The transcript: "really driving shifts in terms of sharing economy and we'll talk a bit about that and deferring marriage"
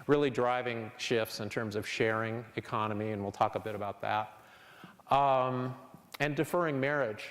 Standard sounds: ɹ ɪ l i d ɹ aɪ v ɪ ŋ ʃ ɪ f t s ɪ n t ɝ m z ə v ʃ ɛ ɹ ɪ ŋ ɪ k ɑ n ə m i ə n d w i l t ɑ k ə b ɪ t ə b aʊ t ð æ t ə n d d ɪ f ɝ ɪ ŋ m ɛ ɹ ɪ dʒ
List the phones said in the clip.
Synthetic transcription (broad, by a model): ɹ ɪ l i d ɹ aɪ v ɪ ŋ ʃ ɪ f t s ɪ n t ɝ m z ə v ʃ ɛ ɹ ɪ ŋ ɪ k ɑ n ə m i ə n w i l t ɑ k ə b ɪ t ə b aʊ t ð æ t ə n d d ɪ f ɝ ɪ ŋ m ɛ ɹ ɪ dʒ